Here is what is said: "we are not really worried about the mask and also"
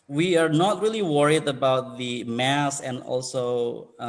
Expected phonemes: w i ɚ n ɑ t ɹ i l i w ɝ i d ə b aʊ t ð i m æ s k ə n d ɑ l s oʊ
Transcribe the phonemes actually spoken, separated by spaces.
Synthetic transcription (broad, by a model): w i ɚ n ɑ t ɹ i l i w ɝ i d ə b aʊ t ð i m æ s ə n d ɑ l s oʊ